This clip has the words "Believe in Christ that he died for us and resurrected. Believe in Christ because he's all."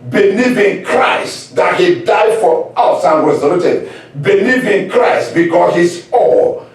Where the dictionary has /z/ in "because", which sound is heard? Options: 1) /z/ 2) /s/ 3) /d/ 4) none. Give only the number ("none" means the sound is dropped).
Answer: 4